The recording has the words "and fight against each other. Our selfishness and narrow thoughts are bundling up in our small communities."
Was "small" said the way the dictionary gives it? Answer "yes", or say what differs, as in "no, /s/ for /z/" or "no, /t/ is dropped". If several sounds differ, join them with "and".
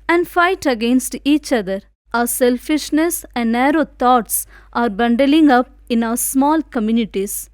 yes